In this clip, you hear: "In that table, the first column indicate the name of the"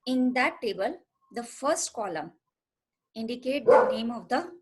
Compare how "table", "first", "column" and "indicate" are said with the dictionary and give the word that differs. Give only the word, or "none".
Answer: none